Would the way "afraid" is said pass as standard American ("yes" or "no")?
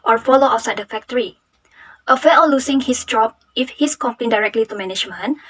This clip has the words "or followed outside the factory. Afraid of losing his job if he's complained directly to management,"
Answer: no